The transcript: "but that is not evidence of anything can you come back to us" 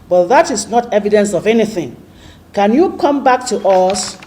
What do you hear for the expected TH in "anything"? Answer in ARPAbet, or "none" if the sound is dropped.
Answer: TH